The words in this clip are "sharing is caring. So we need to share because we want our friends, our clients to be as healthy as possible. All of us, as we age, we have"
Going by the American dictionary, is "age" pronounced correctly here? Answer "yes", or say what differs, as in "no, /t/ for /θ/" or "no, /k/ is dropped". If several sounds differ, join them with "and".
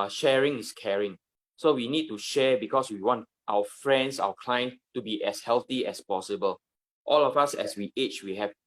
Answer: no, /tʃ/ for /dʒ/